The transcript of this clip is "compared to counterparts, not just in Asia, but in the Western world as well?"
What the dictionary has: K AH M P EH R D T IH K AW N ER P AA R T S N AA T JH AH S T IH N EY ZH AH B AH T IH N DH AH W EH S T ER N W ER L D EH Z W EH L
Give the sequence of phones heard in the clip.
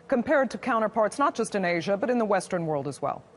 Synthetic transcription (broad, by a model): K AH M P EH R D T IH K AW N ER P AA R T S N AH T JH AH S T IH N EY ZH AH B AH T IH N DH AH W EH S T ER N W ER L D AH Z W EH L